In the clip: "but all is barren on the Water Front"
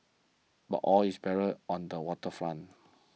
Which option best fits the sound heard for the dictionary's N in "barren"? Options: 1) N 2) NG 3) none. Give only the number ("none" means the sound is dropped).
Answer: 3